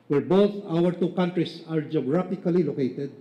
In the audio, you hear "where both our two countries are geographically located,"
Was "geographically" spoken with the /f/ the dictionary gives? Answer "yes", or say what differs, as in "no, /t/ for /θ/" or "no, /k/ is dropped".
no, /p/ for /f/